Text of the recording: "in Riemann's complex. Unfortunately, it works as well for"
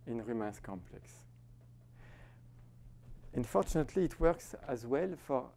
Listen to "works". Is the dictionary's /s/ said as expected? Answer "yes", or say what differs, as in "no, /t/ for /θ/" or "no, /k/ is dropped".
yes